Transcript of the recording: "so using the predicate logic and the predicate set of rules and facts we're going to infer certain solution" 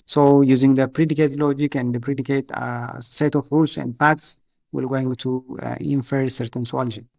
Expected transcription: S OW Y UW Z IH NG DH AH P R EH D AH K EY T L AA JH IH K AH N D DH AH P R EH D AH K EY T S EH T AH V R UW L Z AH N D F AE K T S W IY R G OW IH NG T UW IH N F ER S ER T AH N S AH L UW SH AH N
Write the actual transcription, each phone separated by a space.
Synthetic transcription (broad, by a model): S OW Y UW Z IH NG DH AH P R EH D AH K EY T L AA JH IH K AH N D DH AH P R EH D AH K EY T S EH T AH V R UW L S AH N D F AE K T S W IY L G OW IH NG T UW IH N F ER S ER T AH N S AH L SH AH